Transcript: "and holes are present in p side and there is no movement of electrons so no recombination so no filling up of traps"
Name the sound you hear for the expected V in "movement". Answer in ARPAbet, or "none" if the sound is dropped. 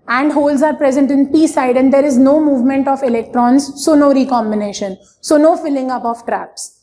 V